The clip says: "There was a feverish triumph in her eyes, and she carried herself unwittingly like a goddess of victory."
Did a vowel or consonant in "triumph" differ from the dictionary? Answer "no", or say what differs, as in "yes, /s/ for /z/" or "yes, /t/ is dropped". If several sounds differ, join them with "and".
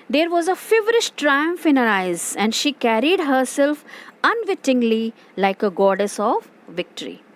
no